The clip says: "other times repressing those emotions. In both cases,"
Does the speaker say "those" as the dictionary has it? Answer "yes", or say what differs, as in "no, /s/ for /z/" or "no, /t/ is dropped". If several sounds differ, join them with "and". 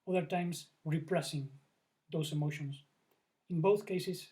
no, /s/ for /z/